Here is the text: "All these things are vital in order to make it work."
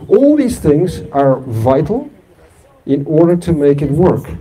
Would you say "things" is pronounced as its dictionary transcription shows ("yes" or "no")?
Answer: yes